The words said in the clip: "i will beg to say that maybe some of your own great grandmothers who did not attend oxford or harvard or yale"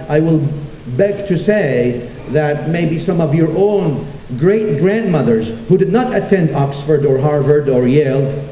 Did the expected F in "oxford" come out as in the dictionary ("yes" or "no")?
yes